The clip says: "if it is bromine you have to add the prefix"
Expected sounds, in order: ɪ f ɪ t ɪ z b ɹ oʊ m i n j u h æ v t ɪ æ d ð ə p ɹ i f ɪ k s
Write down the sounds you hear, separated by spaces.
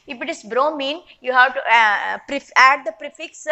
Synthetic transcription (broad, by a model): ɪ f ɪ t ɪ s b ɹ oʊ m i n j u h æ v t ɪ æ d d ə p ɹ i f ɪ k s